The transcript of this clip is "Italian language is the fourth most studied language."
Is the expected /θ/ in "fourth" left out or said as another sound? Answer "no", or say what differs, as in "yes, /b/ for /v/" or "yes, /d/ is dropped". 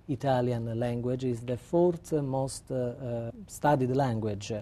yes, /t/ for /θ/